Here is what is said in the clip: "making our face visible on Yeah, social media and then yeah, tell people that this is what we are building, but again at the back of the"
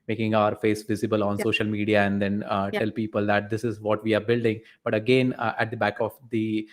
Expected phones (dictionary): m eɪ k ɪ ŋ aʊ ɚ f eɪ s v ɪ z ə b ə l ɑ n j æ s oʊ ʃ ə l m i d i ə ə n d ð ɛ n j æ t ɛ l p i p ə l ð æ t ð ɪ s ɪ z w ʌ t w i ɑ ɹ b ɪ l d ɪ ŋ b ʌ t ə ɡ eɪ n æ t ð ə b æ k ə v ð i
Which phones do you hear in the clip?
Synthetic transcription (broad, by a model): m eɪ k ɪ ŋ aʊ ɚ f eɪ s v ɪ z ə b ə l ɑ n s oʊ ʃ ə l m i d i ə ə n d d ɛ n t ɛ l p i p ə l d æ t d ɪ s ɪ z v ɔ t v i ɑ ɹ b ɪ l d ɪ ŋ b ʌ t ə ɡ eɪ n æ t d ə b æ k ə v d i